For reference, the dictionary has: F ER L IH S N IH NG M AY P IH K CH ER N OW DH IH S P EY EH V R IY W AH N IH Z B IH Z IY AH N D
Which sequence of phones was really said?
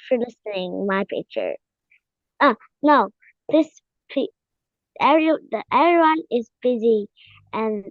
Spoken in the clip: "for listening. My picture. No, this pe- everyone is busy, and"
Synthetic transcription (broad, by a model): F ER L IH S N IH NG M AY P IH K CH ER N OW DH IH S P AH EH V R IY W AH N IH Z B IH Z IY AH N